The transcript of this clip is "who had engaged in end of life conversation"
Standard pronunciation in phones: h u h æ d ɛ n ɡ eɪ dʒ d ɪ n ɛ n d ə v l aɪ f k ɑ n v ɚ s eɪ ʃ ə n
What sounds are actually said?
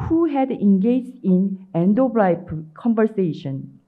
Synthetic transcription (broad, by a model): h u h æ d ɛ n ɡ eɪ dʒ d ɪ n ɛ n d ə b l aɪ p k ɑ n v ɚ s eɪ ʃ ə n